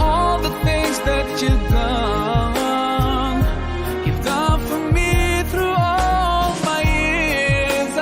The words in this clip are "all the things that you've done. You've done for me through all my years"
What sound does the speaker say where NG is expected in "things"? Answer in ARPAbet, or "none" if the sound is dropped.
NG